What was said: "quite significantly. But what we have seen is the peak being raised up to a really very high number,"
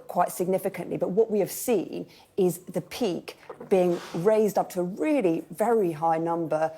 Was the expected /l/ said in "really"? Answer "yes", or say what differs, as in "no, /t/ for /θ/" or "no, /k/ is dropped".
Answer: yes